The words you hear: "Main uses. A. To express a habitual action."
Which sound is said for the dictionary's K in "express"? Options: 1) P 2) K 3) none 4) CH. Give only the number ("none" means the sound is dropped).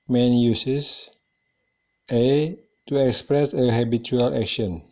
2